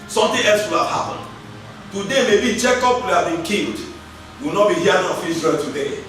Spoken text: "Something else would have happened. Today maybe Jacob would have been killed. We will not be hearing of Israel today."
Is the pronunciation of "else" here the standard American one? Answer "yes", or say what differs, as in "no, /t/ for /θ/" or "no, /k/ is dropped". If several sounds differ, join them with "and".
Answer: yes